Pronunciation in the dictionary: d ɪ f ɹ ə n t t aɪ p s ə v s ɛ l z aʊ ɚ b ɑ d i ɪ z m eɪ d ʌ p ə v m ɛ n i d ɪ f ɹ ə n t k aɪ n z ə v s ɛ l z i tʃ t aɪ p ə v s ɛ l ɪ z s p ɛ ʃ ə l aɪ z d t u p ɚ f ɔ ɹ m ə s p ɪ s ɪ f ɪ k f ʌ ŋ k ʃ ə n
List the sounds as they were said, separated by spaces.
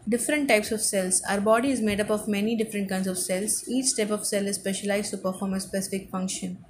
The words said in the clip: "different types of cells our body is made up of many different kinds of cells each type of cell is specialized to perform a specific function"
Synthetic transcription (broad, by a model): d ɪ f ɹ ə n t t aɪ p s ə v s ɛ l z aʊ ɚ b ɑ d i ɪ z m eɪ d ʌ p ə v m ɛ n i d ɪ f ɹ ə n t k aɪ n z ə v s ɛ l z i tʃ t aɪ p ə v s ɛ l ɪ z s p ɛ ʃ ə l aɪ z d t u p ɚ f ɔ ɹ m ə s p ɪ s ɪ f ɪ k f ʌ ŋ k ʃ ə n